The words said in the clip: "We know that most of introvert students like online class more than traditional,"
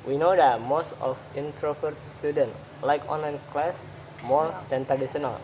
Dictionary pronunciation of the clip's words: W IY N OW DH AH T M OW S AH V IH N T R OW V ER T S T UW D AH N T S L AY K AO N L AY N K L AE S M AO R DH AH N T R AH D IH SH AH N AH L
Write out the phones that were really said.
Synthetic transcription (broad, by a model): W IY N OW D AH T M OW S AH F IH N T R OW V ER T S T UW D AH N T L AY K AO N L AY N K L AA S M AO R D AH N T R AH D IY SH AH N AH L